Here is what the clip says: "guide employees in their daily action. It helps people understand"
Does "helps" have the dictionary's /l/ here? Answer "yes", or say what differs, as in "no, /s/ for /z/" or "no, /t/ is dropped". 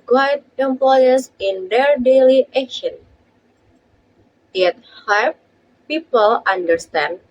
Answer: no, /l/ is dropped